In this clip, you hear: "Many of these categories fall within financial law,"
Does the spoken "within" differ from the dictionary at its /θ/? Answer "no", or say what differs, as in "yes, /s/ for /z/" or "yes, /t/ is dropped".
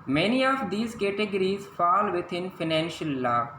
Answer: yes, /t/ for /θ/